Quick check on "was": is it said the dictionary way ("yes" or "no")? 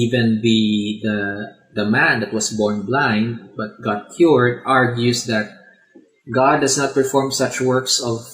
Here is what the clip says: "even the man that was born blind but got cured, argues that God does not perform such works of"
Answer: no